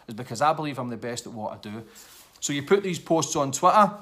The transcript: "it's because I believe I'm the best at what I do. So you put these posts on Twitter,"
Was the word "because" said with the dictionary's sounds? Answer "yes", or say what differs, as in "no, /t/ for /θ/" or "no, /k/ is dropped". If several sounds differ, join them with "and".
yes